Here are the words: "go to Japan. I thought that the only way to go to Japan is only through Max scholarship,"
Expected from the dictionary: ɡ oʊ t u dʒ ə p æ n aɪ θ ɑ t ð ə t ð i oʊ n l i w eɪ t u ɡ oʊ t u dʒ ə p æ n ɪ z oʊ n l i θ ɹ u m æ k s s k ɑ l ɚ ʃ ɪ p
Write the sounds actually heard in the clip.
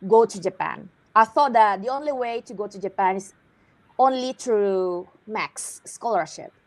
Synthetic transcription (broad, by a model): ɡ oʊ t u dʒ ə p æ n aɪ θ ɑ t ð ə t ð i oʊ n l i w eɪ t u ɡ oʊ t u dʒ ə p æ n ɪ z oʊ n l i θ ɹ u m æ k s s k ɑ l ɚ ʃ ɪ p